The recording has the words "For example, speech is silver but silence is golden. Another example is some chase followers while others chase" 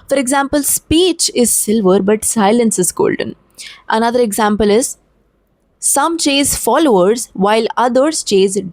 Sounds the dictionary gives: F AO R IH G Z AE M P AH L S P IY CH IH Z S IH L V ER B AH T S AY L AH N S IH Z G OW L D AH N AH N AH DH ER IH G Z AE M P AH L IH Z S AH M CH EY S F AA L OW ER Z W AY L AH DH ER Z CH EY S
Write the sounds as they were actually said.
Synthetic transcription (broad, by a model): F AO R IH G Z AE M P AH L S P IY CH IH Z S IH L V ER B AH T S AY L AH N S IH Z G OW L D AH N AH N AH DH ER IH G Z AE M P AH L IH Z S AH M CH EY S F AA L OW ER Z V AY L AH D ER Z CH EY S